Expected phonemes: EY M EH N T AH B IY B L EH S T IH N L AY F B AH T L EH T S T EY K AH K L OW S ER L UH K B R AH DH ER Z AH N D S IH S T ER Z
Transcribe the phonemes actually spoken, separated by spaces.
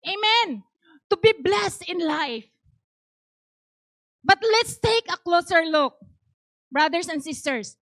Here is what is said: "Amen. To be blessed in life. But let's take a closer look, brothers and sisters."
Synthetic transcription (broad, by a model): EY M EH N T AH B IY B L EH S T IH N L AY F B AH T L EH T S T EY K AH K L OW S ER L UH K B R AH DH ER S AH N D S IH S T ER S